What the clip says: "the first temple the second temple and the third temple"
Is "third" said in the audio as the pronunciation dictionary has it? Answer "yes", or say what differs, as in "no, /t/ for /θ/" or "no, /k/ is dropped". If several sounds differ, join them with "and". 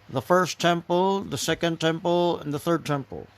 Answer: yes